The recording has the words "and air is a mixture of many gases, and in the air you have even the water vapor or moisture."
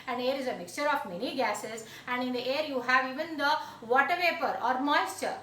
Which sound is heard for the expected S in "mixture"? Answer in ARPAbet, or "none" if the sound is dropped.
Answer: S